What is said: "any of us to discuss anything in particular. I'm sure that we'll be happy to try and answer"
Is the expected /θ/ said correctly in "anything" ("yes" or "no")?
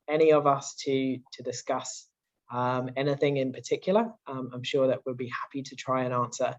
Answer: yes